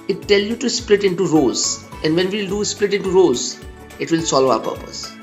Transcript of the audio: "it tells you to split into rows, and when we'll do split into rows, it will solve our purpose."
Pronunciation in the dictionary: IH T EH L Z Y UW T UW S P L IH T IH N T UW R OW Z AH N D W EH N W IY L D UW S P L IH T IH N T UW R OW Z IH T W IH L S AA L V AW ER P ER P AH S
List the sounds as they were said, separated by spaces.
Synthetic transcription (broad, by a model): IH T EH L Y UW T UW S P L IH T IH N T UW R OW Z AH N D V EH N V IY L D UW S P L IH T IH N T UW R OW Z IH T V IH L S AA L AO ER P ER P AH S